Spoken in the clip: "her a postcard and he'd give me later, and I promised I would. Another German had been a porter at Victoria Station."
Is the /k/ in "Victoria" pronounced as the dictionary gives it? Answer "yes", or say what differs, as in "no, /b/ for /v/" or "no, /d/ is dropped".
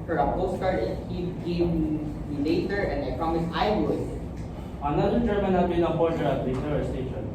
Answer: no, /k/ is dropped